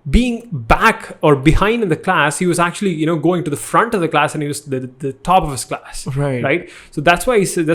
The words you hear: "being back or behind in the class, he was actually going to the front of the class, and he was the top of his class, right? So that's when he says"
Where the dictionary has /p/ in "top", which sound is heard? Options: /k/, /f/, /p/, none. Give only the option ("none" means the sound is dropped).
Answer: /p/